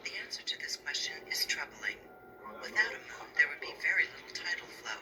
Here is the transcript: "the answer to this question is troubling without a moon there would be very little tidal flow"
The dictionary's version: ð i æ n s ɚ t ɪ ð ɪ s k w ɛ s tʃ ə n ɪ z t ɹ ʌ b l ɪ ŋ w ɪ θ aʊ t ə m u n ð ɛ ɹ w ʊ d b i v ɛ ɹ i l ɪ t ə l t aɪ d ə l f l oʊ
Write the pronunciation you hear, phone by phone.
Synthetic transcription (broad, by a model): ð i æ n s ɚ t ɪ ð ɪ s k w ɛ s tʃ ə n ɪ z t ɹ ʌ b l ɪ ŋ w ɪ θ aʊ t ə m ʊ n ð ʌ ɹ w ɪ d b i v ɛ ɹ i l ɪ t l t aɪ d l f l oʊ